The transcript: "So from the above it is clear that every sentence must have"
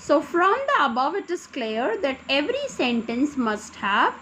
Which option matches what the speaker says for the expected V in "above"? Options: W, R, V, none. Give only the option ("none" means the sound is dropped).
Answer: V